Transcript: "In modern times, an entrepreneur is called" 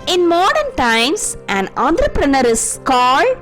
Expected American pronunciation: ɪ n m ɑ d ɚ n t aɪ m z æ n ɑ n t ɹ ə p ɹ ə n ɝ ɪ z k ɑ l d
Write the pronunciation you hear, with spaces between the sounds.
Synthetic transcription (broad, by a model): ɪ n m ɑ d ɚ n t aɪ m s æ n ɑ n t ɹ ə p ɹ ə n ɝ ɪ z k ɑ l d